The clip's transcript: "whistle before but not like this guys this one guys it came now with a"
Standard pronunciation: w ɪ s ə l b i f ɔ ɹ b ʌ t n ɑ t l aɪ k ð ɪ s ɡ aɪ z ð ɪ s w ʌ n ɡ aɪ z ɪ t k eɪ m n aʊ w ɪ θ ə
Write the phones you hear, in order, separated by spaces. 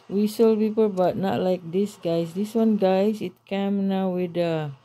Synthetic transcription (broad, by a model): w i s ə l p i p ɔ l b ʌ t n ɑ t l aɪ k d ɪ s ɡ aɪ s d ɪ s w ʌ n ɡ aɪ s ɪ t k eɪ m n aʊ w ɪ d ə